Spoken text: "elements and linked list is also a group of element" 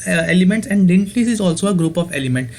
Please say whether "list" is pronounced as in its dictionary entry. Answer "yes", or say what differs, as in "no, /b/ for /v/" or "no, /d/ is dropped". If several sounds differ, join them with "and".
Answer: no, /t/ is dropped